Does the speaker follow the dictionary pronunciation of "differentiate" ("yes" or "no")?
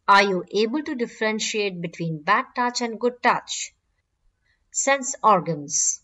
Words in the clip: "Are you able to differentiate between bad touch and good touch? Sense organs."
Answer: yes